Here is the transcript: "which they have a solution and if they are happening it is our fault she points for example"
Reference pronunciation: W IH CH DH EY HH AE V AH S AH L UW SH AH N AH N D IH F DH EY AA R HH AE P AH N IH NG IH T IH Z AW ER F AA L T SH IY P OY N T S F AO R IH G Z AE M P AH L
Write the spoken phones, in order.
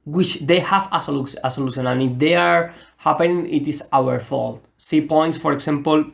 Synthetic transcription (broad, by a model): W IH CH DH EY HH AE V AH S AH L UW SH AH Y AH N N IH F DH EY AA R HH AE P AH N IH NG IH T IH S AW ER F AA L T S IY P OY N T S F AO R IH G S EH M P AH L